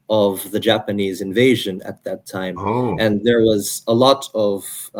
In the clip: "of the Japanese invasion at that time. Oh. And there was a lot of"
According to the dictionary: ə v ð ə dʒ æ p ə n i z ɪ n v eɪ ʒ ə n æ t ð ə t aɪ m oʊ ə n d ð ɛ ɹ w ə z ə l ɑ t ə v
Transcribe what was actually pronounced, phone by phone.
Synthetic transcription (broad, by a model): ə v ð ə dʒ æ p ə n i z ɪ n v eɪ ʒ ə n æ t ð ə t aɪ m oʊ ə n ð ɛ ɹ w ə z ə l ɑ t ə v